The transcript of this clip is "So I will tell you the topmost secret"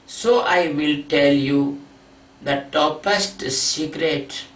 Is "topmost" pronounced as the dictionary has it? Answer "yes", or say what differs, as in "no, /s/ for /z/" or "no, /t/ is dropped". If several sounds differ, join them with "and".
no, /m/ is dropped